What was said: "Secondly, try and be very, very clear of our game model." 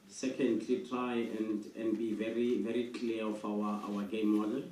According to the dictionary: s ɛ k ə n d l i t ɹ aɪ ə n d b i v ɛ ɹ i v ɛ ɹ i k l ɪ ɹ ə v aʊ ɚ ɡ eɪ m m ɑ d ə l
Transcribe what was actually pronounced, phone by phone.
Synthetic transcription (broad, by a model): s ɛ k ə n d l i t ɹ aɪ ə n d b i v ɛ ɹ i v ɛ ɹ i k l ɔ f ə w aʊ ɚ ɡ eɪ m m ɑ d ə